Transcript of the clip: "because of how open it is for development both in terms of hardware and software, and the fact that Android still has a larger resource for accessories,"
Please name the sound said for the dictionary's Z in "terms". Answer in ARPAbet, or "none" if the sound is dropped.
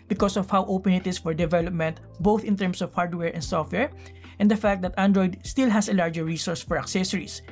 S